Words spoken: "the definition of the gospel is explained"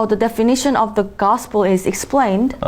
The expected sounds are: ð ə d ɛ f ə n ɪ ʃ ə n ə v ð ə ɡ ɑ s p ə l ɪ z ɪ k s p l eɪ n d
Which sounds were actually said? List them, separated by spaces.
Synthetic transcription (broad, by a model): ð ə d ɛ f ə n ɪ ʃ ə n ə v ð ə ɡ ɑ s p ə l ɪ z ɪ k s p l eɪ n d